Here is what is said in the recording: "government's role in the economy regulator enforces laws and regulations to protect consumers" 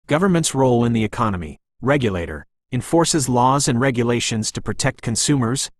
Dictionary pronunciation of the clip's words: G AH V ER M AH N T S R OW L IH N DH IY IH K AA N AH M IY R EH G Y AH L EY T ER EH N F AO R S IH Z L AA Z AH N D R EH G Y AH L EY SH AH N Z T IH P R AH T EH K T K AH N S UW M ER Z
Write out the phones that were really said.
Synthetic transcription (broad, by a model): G AH V ER M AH N T S R OW L IH N DH IY IH K AA N AH M IY R EH G Y AH L EY T ER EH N F AO R S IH Z L AA Z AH N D R EH G Y AH L EY SH AH N Z T IH P R AH T EH K T K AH N S UW M ER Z